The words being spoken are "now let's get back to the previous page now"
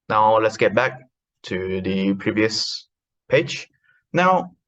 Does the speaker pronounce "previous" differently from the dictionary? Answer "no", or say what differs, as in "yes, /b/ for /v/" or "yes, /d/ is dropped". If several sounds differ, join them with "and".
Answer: no